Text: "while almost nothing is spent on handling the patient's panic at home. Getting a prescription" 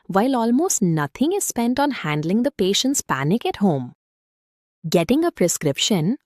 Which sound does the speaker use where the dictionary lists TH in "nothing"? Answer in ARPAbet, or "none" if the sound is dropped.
T